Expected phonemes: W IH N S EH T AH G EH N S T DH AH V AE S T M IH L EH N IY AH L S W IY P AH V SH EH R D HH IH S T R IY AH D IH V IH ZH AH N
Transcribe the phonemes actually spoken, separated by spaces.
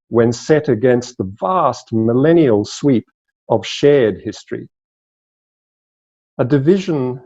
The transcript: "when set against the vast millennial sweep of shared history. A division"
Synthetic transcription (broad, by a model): W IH N S EH T AH G EH N S T DH AH V AE S T M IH L EH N IY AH L S W IY P AH V SH EH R D HH IH S T R IY AH D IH V IH ZH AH N